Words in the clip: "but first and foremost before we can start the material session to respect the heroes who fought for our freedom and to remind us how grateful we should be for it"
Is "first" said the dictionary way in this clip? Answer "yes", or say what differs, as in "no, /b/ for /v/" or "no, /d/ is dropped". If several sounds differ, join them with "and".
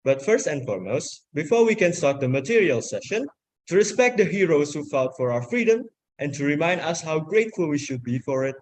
yes